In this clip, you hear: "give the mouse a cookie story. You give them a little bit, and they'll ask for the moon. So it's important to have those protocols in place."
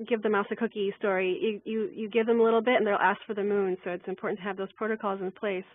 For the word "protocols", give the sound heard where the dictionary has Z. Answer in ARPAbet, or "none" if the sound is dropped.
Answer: Z